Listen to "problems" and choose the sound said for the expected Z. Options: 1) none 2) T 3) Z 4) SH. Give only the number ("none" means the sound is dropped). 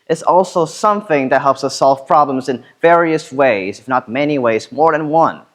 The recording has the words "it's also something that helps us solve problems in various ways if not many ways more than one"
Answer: 3